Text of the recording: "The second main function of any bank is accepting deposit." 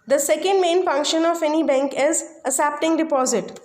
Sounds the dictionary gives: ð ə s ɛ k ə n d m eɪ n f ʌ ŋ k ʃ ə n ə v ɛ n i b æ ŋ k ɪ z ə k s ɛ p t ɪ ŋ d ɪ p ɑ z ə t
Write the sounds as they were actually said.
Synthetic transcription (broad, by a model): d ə s ɛ k ə n d m eɪ n f ʌ ŋ k ʃ ə n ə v ɛ n i b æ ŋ k ɪ z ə s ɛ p t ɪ ŋ d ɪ p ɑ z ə t